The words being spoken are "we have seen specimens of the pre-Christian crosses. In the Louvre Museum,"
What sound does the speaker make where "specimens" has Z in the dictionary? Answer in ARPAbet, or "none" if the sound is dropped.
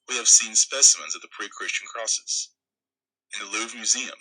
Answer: Z